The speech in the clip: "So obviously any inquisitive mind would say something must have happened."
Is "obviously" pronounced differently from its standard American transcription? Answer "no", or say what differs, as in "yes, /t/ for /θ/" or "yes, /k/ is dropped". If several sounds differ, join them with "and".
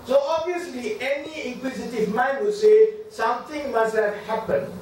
yes, /v/ is dropped